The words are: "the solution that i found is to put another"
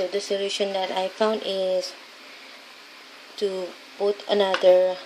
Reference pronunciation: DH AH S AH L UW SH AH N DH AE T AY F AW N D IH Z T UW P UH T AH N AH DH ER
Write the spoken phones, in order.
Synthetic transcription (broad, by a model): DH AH S AH L UW SH AH N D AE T AY F AW N D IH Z T UW B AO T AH N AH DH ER